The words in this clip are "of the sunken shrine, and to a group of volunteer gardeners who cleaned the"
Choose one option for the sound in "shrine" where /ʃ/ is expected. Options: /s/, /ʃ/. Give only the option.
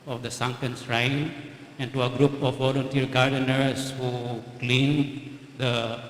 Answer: /s/